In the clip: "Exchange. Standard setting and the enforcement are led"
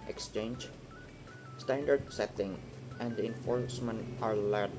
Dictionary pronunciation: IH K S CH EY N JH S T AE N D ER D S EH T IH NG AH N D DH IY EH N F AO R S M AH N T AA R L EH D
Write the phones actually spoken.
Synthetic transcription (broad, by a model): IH K S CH EY N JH S T AE N D ER D S EH T IH NG AH N D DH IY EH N F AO R S M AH N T AA R L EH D